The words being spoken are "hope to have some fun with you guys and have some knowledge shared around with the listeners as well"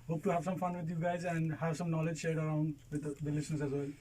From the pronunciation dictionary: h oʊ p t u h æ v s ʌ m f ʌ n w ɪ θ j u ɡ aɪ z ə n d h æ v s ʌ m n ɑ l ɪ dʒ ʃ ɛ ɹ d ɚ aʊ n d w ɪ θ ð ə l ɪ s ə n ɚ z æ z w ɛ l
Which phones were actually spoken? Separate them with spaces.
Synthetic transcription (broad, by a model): h oʊ p t u h æ v s ʌ m f ʌ n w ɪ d j u ɡ aɪ z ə n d h æ v s ʌ m n ɑ l ɪ dʒ ʃ ɛ ɹ d ɚ aʊ n d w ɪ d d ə l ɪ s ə n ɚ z æ z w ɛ l